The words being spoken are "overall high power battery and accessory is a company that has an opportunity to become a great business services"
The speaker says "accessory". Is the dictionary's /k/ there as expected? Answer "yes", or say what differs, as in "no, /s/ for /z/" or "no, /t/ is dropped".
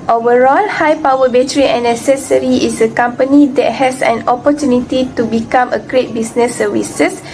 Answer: no, /k/ is dropped